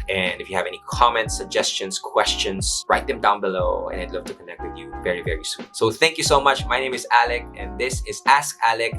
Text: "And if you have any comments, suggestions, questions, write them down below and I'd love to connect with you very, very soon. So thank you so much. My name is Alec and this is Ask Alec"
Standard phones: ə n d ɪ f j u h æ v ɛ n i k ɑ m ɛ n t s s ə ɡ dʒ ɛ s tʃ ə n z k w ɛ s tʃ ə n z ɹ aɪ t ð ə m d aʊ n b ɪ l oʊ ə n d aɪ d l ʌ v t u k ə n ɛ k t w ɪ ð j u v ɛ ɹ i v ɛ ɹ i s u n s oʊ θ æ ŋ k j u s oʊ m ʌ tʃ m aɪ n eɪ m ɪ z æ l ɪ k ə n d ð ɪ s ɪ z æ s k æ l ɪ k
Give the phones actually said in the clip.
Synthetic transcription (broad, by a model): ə n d ɪ f j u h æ v ɛ n i k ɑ m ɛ n t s s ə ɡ dʒ ɛ s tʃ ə n s k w ɛ s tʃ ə n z ɹ aɪ t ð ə m d aʊ n b ɪ l oʊ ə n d aɪ d l ʌ v t u k ə n ɛ k t w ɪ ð j u v ɛ ɹ i v ɛ ɹ i s u n s oʊ θ æ ŋ k j u s oʊ m ʌ tʃ m aɪ n eɪ m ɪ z æ l ɪ k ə n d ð ɪ s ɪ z æ s k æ l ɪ k